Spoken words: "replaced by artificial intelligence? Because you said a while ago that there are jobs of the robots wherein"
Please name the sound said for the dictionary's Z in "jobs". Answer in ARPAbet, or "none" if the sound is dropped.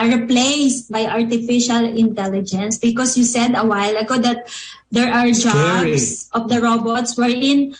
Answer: S